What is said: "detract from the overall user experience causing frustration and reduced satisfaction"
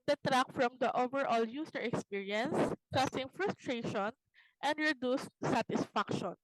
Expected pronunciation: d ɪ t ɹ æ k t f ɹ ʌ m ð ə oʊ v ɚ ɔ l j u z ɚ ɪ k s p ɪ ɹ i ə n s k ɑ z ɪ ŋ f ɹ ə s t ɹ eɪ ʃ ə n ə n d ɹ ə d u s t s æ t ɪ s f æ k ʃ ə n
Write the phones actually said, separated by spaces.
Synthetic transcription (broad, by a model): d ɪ t ɹ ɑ k f ɹ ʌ m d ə oʊ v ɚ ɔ l j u s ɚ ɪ k s p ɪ ɹ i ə n s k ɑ s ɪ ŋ f ɹ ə s t ɹ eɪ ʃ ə n ə n d ɹ ə d u s t s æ t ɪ s f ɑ k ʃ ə n